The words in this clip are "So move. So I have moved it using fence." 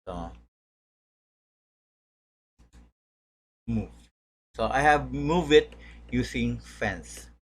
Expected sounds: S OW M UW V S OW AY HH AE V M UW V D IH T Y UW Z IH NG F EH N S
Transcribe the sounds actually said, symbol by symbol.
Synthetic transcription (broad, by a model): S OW M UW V S OW AY HH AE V M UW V IH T Y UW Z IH NG F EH N S